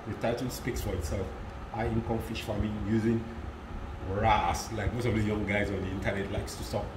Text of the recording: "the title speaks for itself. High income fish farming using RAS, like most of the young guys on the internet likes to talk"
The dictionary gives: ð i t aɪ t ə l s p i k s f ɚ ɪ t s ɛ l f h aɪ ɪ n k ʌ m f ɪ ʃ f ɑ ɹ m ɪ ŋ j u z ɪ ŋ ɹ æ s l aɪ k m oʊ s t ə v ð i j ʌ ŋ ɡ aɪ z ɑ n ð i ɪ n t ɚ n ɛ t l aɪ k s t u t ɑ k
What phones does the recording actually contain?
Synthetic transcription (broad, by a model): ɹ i t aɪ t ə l s p i k s f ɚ ɪ t s ɛ l f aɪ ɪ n k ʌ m f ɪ ʃ f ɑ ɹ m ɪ j u z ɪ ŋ ɹ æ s l aɪ k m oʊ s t ə v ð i j ʌ ŋ ɡ aɪ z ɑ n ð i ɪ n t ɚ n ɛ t l aɪ k s t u t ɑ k